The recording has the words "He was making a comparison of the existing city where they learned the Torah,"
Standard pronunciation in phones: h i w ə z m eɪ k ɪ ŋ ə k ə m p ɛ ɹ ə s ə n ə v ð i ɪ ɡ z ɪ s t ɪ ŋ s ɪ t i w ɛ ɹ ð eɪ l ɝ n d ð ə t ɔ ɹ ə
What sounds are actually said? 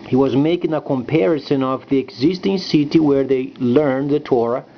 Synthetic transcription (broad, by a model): h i w ə z m eɪ k ɪ ŋ ə k ə m p ɛ ɹ ə s ə n ə v ð i ɪ ɡ z ɪ s t ɪ ŋ s ɪ t i w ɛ ɹ ð eɪ l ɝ n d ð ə t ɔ ɹ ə